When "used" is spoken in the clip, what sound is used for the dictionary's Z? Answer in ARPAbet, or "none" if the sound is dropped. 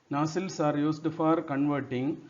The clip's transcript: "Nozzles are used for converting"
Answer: S